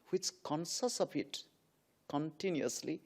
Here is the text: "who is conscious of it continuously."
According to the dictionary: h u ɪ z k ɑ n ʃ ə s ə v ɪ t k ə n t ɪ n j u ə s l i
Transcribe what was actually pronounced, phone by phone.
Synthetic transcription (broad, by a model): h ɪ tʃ k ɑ n s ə s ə p ɪ t k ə n t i n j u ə s l i